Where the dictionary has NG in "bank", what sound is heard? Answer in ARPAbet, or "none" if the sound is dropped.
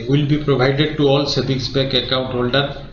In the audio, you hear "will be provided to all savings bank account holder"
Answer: none